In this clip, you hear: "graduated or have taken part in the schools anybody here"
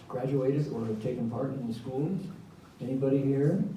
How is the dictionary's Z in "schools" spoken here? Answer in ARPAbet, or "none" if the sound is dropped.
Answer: none